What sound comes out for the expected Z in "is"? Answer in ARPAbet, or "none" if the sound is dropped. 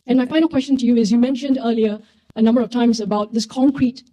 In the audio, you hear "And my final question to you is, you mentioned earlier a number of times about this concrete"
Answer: Z